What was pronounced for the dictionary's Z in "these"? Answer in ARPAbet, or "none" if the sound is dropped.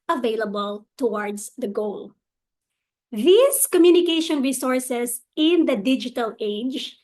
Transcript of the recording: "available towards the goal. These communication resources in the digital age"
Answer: S